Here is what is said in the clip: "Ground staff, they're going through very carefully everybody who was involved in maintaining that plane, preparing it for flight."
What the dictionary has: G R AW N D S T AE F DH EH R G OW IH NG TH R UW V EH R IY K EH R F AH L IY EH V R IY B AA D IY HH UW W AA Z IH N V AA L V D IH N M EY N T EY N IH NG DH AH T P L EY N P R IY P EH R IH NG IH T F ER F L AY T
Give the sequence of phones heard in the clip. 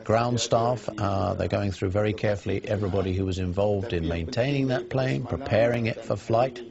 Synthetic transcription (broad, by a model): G R AW N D S T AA F DH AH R G OW IH NG TH R UW V EH R IY K EH R F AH L IY EH V R IY B AA D IY HH UW W AA Z IH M V AA L V D IH N M EY N T EY N IH NG DH AH T P L EY N P R IY P EH R IH NG IH T F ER F L AY T